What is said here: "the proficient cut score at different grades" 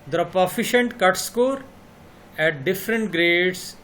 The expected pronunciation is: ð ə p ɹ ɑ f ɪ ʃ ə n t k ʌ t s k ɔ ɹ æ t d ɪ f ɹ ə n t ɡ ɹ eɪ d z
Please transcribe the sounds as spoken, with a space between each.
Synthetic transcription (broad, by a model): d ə p ɑ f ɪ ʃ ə n t k ʌ t s k ɔ ɹ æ t d ɪ f ɹ ə n t ɡ ɹ eɪ d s